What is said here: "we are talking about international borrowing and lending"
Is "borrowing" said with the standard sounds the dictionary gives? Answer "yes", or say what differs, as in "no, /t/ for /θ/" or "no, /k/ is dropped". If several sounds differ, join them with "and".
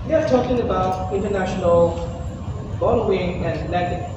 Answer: no, /l/ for /ɹ/